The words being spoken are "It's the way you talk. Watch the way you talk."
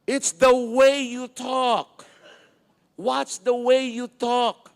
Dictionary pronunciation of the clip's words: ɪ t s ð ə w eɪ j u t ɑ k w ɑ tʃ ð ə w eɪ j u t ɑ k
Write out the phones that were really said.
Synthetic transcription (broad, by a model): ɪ t s ð ə w eɪ j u t ɑ k w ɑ s ð ə w eɪ j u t ɑ k